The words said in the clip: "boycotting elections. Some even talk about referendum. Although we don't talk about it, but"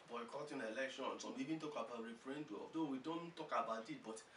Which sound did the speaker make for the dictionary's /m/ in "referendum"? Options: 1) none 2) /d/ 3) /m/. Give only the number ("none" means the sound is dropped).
1